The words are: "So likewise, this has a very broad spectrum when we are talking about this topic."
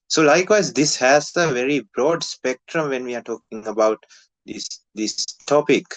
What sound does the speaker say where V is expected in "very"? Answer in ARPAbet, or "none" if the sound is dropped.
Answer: V